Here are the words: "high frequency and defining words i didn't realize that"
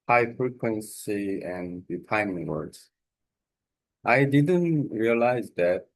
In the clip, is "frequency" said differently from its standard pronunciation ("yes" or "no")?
no